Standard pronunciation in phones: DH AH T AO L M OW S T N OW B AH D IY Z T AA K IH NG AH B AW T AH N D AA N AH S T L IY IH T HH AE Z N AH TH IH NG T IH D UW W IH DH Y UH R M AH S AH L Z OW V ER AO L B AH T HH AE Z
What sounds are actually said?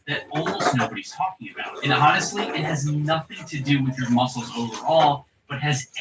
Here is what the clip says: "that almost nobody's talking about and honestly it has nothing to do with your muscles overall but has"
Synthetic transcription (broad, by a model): DH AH T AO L OW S N OW B AH D IY Z T AA K IH NG AH B AW T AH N AA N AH S T L IY IH T HH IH Z N AH TH IH NG T IH D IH W IH DH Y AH R M AH S L Z OW V ER AO L B AH T HH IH Z